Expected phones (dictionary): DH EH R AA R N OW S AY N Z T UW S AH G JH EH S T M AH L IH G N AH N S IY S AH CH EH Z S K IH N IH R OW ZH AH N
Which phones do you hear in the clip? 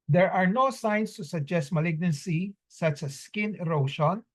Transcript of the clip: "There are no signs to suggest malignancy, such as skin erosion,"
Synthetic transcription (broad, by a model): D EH R AA R N OW S AY N S T UW S AH G JH EH S T M AH L IH G N AH N S IY S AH CH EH S K IH N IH R OW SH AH N